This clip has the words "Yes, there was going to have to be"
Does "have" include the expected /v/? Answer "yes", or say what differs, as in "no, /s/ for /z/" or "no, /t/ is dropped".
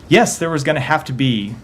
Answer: no, /f/ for /v/